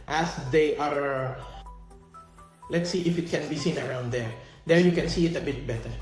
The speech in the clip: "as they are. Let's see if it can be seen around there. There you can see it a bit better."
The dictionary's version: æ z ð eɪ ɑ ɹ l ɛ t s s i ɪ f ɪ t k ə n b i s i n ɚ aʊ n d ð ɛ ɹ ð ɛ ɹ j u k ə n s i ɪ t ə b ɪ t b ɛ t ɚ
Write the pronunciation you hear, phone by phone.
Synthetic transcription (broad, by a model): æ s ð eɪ ɑ ɹ l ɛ t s s i ɪ f ɪ t k ə n b i s i n ɚ aʊ n d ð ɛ ɹ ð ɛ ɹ j u k ə n s i ɪ t ə b ɪ t b ɛ t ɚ